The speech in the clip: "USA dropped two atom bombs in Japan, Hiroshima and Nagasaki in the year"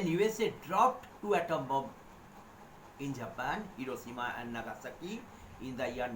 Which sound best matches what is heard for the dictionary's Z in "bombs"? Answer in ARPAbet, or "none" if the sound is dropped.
none